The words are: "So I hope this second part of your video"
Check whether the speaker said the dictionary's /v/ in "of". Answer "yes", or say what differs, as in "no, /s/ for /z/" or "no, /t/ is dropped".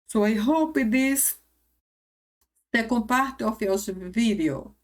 no, /f/ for /v/